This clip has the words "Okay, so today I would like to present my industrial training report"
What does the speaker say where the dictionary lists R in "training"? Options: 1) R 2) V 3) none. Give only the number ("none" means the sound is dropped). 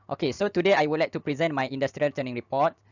3